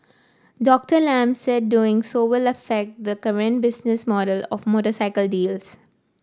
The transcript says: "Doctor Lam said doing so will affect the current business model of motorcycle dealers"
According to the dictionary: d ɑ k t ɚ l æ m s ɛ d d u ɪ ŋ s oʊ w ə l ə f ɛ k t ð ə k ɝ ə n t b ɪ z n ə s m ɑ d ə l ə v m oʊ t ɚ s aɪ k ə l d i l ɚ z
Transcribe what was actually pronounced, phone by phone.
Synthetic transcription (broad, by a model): d ɑ k t ɚ l æ m s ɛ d d u ɪ ŋ s oʊ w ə l ə f ɛ k t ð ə k ɝ ə n t b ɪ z n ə s m ɑ d ə l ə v m oʊ t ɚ s aɪ k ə l d i l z